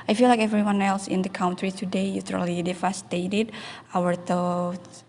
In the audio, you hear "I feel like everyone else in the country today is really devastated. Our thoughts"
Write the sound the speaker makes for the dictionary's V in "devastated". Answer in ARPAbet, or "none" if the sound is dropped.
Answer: F